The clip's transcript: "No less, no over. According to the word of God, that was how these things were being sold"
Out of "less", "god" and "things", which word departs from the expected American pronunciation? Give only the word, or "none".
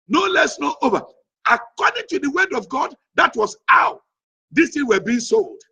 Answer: things